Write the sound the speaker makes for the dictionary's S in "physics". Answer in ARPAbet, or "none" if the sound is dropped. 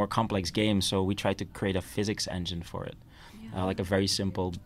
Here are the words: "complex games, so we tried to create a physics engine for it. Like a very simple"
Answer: S